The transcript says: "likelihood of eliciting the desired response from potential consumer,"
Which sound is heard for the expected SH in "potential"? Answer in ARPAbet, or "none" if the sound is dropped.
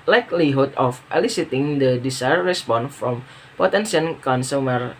S